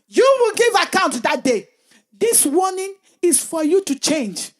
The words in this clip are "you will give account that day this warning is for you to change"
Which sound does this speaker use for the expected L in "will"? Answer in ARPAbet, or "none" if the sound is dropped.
L